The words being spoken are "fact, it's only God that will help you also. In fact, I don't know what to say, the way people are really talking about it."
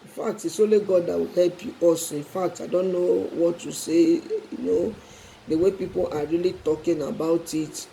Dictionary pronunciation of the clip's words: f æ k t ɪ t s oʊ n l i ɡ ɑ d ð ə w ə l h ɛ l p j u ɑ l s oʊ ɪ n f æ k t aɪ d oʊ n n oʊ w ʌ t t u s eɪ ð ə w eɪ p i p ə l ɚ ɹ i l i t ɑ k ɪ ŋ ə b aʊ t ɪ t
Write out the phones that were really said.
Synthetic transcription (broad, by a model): f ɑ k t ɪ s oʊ l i ɡ ɑ d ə w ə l h ɛ l p j u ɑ s ɪ n f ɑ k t aɪ d oʊ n n oʊ w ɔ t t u s eɪ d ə w eɪ p i p ə l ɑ ɹ i l i t ɑ k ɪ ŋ ə b aʊ t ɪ t